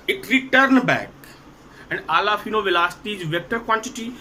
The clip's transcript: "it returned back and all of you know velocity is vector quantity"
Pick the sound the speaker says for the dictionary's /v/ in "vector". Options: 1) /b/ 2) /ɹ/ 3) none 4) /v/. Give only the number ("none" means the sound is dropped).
4